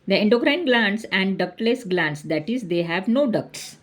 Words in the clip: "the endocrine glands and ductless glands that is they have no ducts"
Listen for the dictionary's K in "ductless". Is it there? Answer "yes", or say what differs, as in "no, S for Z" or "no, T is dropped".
yes